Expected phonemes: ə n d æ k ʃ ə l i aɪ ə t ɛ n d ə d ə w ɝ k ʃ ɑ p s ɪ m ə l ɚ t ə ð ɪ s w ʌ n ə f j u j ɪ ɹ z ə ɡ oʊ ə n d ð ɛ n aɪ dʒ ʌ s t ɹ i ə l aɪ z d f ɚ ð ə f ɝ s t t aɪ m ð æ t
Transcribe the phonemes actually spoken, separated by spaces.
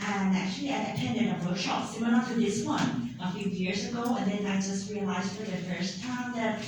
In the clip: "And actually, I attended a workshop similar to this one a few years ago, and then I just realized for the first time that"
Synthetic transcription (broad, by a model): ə n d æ k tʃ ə l i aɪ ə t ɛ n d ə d ə w ɝ k ʃ ɑ p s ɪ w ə n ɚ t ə ð ɪ s w ʌ n ə f j u j ɪ ɹ z ə ɡ oʊ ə n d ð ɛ n aɪ dʒ ʌ s t ɹ i ə l aɪ z d f ɚ ð ə f ɝ s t t aɪ m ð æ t